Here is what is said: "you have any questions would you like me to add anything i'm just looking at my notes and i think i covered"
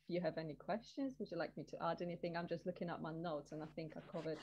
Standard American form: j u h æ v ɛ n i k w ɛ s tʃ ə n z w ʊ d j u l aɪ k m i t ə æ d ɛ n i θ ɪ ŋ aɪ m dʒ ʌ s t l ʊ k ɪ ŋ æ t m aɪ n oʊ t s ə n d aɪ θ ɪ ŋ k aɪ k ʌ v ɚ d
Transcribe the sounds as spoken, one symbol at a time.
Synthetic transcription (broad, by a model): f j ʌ v ɛ n i k w ɛ s tʃ ə n z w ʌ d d l aɪ k m i t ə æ d ɛ n i θ ɪ ŋ aɪ m dʒ ʌ s t l ʊ k ɪ ŋ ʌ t m aɪ n oʊ t s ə n aɪ θ ɪ ŋ k aɪ k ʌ v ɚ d